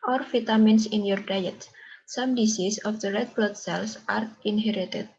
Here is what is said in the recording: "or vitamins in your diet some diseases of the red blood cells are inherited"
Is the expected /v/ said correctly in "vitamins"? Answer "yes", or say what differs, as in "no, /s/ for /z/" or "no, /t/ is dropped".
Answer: no, /f/ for /v/